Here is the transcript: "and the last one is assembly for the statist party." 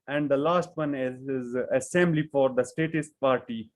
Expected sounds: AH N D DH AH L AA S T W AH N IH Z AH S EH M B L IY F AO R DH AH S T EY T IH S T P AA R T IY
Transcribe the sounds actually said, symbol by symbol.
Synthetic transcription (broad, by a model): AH N D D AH L AA S T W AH N IH Z AH S EH M B L IY F AO R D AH S T EY T IH S T P AA R T IY